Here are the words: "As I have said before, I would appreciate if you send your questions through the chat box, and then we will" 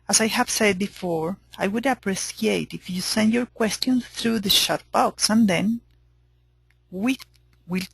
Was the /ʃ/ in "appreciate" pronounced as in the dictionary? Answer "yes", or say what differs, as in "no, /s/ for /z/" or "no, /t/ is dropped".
no, /s/ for /ʃ/